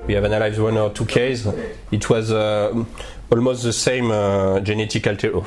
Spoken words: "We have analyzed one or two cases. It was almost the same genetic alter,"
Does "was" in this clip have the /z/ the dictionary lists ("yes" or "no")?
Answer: yes